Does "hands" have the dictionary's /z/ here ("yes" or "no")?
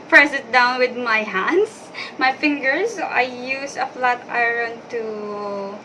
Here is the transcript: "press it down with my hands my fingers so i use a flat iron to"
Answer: no